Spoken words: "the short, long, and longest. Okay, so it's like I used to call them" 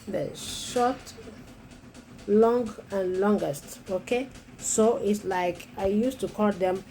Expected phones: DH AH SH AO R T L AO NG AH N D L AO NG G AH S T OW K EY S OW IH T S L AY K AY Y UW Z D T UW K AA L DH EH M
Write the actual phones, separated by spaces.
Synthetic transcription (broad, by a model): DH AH SH AO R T L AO NG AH N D L AO NG G AH S T OW K EY S OW IH T S L AY K AY Y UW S T UW K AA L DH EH M